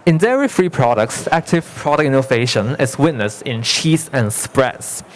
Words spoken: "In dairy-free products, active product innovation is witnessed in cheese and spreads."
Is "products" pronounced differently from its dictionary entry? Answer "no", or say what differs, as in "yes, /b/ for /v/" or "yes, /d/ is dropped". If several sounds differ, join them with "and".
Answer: no